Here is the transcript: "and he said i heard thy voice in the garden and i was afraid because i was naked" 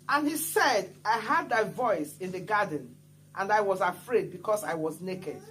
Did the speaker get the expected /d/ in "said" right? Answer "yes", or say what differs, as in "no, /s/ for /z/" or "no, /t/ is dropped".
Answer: yes